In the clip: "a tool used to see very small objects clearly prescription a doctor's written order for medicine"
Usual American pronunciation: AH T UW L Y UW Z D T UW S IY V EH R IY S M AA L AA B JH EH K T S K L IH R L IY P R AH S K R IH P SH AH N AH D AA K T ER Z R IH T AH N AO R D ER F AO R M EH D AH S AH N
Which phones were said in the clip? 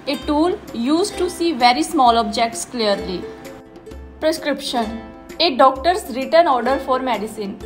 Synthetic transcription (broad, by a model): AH T UW L Y UW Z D T UW S IY V EH R IY S M AA L AA B JH EH K T S K L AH R L IY P R AH S K R IH P SH AH N AH D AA K T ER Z R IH T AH N AO R D ER F AO R M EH D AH S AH N